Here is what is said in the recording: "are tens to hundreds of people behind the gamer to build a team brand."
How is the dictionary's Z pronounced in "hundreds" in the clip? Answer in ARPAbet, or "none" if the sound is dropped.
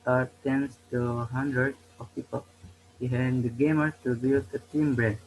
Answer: none